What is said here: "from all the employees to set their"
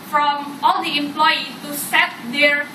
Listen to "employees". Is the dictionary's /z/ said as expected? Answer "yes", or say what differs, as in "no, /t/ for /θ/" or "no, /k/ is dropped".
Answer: no, /z/ is dropped